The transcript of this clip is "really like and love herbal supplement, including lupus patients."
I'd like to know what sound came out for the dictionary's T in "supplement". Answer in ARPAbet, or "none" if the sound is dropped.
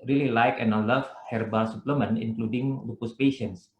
none